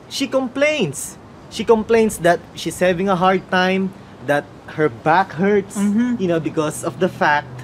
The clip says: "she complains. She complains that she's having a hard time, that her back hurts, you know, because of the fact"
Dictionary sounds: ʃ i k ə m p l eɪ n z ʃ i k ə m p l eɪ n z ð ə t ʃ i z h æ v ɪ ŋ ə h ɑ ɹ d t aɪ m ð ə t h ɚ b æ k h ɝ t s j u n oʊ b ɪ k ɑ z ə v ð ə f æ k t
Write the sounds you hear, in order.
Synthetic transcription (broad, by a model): ʃ i k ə m p l eɪ n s ʃ i k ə m p l eɪ n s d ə t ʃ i s h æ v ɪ ŋ ə h ɑ ɹ d t aɪ m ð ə t h ɚ b æ k h ɝ t s j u n oʊ b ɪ k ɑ s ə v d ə f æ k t